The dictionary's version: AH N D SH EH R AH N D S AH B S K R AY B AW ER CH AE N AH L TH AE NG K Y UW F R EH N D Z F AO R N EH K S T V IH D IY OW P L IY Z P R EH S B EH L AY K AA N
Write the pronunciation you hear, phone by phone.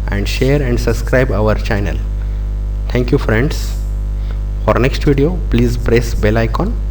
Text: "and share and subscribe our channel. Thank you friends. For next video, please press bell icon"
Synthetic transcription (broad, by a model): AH N D SH EH R AH N D S AH B S K R AY B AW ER CH AE N AH L T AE NG K Y UW F R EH N D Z F AO R N EH K S T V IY D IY OW P L IY Z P R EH S B EH L AY K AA N